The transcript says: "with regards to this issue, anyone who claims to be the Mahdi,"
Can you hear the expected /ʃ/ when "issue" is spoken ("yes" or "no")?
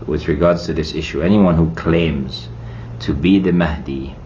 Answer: yes